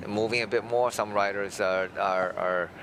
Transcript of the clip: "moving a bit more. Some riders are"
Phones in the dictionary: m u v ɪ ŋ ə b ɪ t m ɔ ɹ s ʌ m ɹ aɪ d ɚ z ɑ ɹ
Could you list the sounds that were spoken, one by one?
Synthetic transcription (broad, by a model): m u v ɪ ŋ ə b ɪ t m ɔ ɹ s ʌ m ɹ aɪ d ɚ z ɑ ɹ